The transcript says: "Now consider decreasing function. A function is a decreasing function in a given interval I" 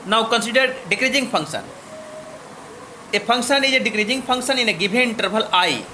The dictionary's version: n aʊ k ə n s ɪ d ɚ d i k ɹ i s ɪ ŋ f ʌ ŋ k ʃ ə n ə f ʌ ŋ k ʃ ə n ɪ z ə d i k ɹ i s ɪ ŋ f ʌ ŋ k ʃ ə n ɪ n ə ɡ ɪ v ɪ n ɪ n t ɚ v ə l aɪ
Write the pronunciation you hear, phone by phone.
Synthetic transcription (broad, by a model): n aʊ k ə n s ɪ d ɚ d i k ɹ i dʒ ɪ ŋ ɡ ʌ ŋ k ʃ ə n ə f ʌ ŋ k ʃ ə n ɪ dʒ ə d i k ɹ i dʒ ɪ ŋ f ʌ ŋ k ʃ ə n ɪ n ə ɡ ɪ b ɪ n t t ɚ b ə l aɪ